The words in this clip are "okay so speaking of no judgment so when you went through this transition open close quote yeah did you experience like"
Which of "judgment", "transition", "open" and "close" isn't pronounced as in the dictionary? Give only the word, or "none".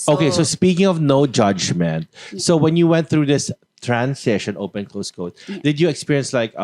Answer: transition